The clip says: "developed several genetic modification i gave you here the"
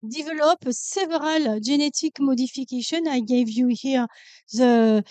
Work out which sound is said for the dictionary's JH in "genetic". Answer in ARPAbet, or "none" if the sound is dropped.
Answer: ZH